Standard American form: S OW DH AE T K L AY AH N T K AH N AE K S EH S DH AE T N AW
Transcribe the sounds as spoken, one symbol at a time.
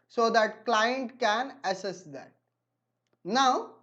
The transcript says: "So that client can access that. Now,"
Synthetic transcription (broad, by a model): S OW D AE T K L AY AH N T K AH N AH S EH S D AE T N AW